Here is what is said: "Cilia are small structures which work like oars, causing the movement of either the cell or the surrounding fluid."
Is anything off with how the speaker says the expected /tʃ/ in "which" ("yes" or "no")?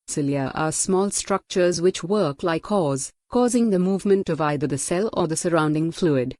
no